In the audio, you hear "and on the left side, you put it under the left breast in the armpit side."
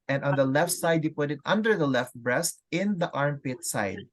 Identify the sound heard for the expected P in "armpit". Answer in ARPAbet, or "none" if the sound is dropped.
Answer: P